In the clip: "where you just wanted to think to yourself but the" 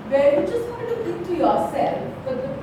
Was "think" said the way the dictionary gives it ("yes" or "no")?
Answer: no